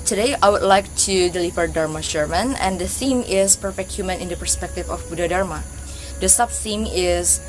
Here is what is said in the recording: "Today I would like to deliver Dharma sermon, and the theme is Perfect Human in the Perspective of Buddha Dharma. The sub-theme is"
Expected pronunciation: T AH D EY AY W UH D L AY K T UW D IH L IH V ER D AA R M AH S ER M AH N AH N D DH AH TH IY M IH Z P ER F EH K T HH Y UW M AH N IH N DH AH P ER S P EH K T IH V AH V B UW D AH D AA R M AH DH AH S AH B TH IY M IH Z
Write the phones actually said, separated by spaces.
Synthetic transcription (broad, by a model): T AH D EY AY W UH D L AY K T UW D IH L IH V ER D AA R M AH SH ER M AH N AH N D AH TH IY M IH S P ER F EH K T HH Y UW M AH N IH N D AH P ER S P EH K T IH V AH F B UW D AH D AA R M AH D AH S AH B TH IY M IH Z